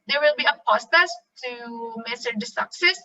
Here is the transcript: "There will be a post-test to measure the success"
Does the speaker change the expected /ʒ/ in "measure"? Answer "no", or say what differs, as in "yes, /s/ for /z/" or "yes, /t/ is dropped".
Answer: yes, /s/ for /ʒ/